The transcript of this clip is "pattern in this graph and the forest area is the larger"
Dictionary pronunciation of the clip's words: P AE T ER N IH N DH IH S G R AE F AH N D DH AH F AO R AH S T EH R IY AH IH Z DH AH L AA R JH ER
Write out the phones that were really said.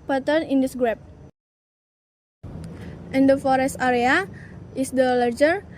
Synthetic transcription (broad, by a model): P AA T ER N IH N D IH S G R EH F AH N D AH F AO R AH S T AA R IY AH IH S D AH L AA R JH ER